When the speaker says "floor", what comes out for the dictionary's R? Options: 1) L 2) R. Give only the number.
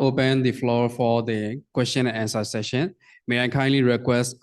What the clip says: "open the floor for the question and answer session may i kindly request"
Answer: 2